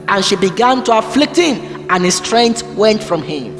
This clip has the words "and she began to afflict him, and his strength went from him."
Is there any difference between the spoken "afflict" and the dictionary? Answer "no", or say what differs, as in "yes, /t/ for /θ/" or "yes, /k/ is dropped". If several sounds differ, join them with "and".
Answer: no